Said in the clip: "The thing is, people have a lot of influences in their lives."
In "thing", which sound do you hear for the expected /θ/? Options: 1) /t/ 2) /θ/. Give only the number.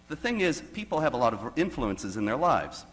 2